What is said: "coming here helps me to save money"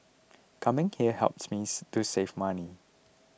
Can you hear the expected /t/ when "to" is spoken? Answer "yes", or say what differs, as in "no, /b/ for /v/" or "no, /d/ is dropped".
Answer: no, /s/ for /t/